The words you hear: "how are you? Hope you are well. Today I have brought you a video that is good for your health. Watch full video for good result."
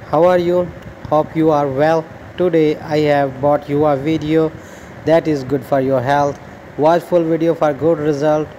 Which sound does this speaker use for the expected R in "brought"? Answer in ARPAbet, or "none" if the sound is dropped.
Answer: none